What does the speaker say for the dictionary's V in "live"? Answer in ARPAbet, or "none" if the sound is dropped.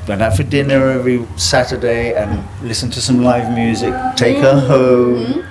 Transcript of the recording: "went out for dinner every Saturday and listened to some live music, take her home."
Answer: V